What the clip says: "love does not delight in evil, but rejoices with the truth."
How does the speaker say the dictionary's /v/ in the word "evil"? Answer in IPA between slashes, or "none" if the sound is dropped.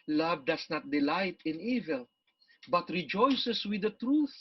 /v/